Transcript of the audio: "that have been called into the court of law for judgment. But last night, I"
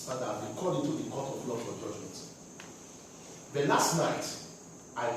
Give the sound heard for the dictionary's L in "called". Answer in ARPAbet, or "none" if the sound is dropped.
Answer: none